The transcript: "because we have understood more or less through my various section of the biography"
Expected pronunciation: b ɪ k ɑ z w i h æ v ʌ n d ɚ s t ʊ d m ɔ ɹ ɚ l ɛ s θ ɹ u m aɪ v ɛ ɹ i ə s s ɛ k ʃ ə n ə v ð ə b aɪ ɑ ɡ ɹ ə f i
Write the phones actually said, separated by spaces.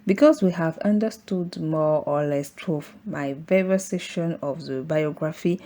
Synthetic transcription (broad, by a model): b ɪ k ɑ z w i h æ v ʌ n d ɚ s t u d m ɔ ɹ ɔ l ɛ s t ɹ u m aɪ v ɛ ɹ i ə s s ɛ ʃ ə n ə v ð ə b aɪ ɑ ɡ ɹ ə f i